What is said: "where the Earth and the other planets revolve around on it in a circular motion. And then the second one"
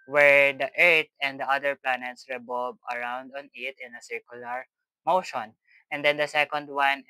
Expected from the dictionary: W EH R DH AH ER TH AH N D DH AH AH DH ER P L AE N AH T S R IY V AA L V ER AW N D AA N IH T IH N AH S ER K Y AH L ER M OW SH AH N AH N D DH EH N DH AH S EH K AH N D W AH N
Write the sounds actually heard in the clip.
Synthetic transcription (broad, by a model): W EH R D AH ER T AH N D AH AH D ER P L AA N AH T S R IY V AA L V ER AW N D AA N IH T IH N AH S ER K Y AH L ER M OW SH AH N AH N D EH N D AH S EH K AH N D W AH N